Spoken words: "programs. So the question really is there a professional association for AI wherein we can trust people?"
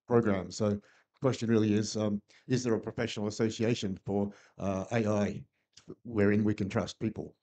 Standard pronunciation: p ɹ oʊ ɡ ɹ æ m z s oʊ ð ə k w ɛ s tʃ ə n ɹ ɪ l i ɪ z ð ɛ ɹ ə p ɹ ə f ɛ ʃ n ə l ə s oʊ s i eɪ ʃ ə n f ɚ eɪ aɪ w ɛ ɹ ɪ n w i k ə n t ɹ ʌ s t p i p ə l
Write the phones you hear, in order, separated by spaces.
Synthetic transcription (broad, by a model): p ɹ oʊ ɡ ɹ æ m s oʊ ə k w ɛ s tʃ ə n ɹ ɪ l i ɪ z ð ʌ ɹ ə p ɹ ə f ɛ ʃ n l ə s oʊ s i eɪ ʃ ə n f ɚ eɪ aɪ w ɛ ɹ ɪ n w i k ə n t ɹ ʌ s t p i p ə l